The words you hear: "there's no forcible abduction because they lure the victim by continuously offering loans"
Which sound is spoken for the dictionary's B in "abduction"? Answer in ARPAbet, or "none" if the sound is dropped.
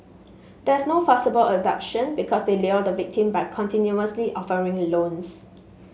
none